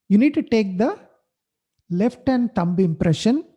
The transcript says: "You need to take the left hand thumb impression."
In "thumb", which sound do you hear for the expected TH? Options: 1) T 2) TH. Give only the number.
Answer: 1